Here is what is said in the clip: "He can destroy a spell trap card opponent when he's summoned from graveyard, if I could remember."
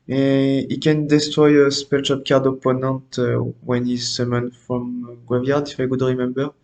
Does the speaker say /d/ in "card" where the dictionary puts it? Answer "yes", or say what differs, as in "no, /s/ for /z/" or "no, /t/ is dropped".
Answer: yes